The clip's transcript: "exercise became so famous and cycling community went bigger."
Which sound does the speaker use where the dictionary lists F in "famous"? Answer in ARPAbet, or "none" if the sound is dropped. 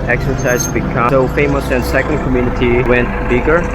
F